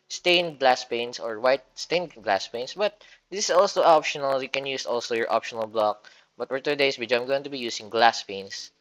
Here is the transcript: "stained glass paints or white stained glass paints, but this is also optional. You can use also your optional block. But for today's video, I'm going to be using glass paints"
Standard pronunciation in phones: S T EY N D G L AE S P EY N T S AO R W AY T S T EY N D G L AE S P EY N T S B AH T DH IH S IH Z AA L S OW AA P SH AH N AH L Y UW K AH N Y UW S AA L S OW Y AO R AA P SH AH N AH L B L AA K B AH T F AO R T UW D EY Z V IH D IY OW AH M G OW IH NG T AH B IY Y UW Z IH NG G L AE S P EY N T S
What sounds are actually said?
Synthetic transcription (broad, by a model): S T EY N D G L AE S P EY N S AO R W AY T S T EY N G L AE S P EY N S B AH T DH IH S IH S AA L S OW AA P SH AH N AH L Y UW K AH N Y UW S AA L S OW Y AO R AA P SH AH N AH L B L AA K B AH T F AO R T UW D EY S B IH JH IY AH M G OW IH NG T AH B IY Y UW S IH NG G L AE S P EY N S